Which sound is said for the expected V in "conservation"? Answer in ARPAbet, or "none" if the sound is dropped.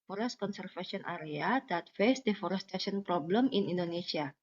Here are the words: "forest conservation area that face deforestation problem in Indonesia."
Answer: F